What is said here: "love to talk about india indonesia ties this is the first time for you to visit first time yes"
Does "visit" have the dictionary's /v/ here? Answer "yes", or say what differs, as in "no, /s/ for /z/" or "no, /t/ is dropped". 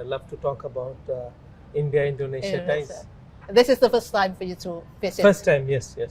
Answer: no, /f/ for /v/